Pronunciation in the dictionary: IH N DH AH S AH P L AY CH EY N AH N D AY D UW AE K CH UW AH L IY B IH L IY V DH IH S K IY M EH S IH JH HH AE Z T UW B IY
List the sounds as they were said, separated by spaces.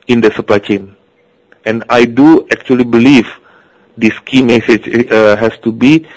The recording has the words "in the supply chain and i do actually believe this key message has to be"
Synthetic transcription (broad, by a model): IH N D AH S AH P L AY CH EY N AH N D AY D UW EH K CH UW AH L IY B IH L IY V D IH S K IY M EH S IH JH HH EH S T UW B IY